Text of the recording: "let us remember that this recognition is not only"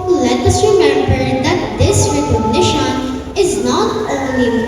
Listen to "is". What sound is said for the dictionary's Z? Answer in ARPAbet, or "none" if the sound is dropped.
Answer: Z